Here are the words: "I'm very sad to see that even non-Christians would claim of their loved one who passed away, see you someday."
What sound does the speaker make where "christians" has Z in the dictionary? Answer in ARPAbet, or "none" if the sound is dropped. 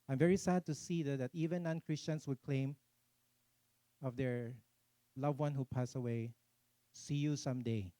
S